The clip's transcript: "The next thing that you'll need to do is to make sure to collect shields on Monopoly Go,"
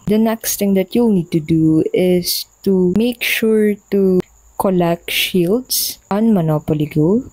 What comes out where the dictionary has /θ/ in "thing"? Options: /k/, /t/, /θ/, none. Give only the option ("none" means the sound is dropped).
/t/